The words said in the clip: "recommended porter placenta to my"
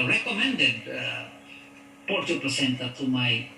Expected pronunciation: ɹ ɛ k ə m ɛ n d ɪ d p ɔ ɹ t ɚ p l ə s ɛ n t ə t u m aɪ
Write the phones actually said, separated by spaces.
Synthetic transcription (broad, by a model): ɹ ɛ k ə m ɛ n d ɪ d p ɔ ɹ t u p ə s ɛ n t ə t u m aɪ